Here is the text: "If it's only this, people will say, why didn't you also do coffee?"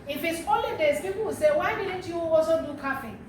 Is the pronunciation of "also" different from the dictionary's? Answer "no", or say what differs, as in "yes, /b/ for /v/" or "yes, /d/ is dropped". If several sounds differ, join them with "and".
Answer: yes, /l/ is dropped